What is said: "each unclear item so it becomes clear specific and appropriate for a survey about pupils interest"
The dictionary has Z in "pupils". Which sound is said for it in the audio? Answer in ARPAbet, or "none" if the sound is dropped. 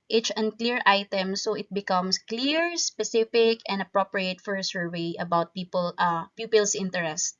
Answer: S